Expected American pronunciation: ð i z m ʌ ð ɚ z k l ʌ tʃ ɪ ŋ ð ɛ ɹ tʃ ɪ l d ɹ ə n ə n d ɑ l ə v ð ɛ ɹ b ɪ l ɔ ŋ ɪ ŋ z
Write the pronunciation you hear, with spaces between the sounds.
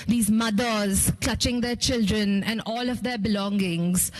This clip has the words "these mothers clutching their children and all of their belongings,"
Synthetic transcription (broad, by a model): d i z m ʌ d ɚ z k l ʌ tʃ ɪ ŋ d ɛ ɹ tʃ ɪ l d ɹ ə n ə n d ɑ l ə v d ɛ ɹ b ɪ l ɔ ŋ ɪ ŋ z